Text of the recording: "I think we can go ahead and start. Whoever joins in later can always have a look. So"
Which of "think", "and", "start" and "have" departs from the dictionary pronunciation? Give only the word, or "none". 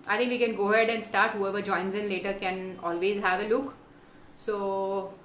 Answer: think